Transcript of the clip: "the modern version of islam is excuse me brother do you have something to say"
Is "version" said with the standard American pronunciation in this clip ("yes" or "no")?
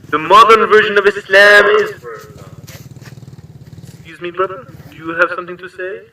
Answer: yes